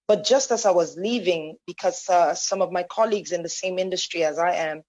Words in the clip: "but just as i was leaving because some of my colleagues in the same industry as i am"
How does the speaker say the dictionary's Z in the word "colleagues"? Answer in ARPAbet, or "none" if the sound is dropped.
Z